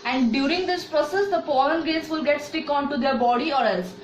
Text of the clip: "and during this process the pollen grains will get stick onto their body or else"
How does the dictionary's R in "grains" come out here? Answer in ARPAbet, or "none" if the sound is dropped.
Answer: none